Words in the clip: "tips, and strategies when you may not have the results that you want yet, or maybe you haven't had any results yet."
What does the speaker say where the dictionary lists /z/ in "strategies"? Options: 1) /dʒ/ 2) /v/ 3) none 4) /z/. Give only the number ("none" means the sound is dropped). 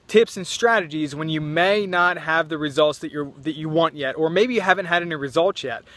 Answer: 4